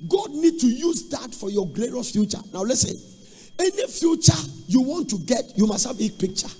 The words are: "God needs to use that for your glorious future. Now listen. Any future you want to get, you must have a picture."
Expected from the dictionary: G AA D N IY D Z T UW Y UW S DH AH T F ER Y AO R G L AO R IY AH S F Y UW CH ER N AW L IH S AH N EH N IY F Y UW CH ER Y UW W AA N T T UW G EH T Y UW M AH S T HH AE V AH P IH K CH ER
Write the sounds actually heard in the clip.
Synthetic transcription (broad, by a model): G AA D N IY D T UW Y UW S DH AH T F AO Y AO G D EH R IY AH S F Y UW CH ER N AW L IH S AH N EH N IY F Y UW CH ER Y UW W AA N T T UW G EH T Y UW M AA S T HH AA B AH P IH K CH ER